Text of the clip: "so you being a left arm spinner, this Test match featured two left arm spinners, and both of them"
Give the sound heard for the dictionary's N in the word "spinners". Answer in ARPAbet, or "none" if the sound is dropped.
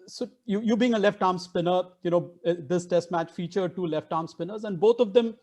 N